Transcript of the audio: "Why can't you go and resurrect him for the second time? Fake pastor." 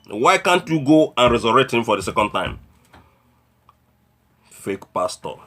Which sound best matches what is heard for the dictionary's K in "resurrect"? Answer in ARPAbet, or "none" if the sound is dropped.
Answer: none